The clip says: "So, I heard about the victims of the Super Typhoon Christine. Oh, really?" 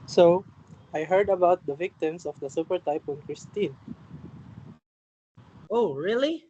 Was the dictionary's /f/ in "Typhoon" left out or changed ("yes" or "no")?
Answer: yes